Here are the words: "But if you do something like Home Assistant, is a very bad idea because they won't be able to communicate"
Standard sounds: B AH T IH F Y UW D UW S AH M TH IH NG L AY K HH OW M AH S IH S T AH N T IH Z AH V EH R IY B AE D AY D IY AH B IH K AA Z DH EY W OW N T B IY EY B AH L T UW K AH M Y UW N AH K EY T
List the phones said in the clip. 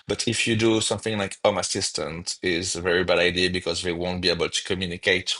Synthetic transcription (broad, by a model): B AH T IH F Y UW D UW S AH M TH IH NG L AY K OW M AH S IH S T AH N T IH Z AH V EH R IY B AE D AY D IY AH B IH K AA Z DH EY W OW N T B IY EY B AH L T UW K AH M Y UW N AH K EY T